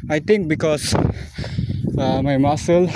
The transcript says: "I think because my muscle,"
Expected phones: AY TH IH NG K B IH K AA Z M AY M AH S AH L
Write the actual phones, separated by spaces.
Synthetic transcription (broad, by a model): AY T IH NG K B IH K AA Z M AY M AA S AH L